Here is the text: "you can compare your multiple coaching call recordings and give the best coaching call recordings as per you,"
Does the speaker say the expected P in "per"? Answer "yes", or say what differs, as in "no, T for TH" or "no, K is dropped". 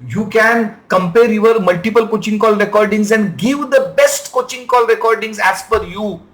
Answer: no, F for P